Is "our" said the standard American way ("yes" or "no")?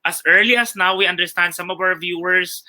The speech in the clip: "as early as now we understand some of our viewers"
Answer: no